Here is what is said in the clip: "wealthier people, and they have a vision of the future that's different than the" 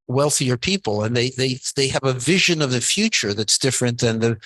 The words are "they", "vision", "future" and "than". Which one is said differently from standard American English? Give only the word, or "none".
none